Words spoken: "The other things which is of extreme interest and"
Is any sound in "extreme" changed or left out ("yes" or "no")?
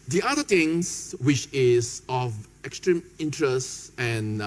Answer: no